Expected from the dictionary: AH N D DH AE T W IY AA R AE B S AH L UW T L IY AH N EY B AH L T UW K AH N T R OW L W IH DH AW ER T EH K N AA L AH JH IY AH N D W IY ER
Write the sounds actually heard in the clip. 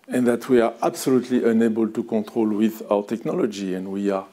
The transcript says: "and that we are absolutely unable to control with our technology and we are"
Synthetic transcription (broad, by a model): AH N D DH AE T W IY AA R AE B S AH L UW T L IY AH N EY B AH L T UW K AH T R OW L W IH DH AW ER T EH K N AA L AH JH IY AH N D W IY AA